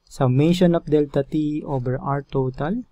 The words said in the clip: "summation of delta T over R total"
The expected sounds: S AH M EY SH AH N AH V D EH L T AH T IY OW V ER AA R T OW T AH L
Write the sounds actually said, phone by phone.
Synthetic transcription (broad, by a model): S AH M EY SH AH N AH F D EH L T AH T IY OW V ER AA R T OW T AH L